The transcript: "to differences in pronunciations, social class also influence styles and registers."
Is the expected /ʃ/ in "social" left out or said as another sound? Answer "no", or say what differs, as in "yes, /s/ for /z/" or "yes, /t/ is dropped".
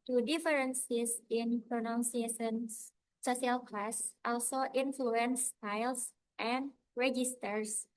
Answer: yes, /s/ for /ʃ/